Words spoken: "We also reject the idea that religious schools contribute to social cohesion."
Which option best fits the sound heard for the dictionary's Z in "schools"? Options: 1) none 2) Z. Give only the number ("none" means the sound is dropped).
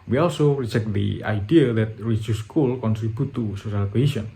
1